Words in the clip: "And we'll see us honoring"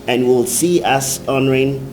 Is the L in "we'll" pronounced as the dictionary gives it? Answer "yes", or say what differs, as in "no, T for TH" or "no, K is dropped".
yes